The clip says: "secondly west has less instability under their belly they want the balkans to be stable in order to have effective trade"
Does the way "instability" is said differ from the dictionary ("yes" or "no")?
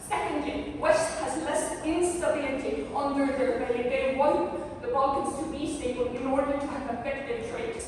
yes